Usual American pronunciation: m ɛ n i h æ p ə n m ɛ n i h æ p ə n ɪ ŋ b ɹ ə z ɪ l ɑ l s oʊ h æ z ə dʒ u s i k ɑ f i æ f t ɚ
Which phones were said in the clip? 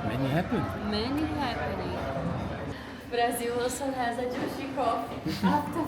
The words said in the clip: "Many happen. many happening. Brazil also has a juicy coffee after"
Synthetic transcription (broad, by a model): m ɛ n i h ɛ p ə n m ɛ n i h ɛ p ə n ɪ b ɹ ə z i w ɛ s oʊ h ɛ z ə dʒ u ʃ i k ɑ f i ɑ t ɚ